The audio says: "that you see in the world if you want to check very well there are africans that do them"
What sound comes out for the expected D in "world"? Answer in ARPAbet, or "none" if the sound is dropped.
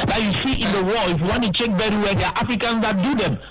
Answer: none